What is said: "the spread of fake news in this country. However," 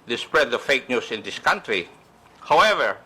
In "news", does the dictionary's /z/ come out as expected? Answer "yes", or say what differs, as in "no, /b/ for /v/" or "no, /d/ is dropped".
no, /s/ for /z/